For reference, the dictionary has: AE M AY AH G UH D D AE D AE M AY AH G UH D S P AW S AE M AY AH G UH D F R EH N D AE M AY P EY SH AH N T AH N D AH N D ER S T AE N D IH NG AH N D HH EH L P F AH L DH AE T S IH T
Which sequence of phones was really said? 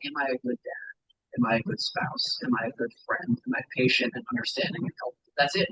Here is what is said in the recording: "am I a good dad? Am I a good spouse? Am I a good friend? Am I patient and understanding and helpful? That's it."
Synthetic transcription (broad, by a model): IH M AY AH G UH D D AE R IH M AY AH G UH D S P AW S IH M AY AH G UH D F R EH N D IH M AY P EY SH AH N T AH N AH N D ER S T AE N D IH NG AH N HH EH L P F DH AE T S IH T